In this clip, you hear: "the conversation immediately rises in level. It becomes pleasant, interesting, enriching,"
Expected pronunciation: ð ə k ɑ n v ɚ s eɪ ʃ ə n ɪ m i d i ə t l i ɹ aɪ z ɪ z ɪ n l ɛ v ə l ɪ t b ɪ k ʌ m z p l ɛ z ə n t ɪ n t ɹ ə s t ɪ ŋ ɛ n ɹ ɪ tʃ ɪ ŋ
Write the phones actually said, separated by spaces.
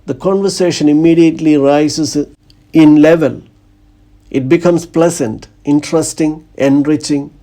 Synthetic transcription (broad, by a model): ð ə k ɑ n v ɚ s eɪ ʃ ə n ɪ m i d i ə t l i ɹ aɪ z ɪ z ɪ n l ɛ v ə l ɪ t b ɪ k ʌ m s p l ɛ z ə n t ɪ n t ɹ ə s t ɪ ŋ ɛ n ɹ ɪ tʃ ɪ ŋ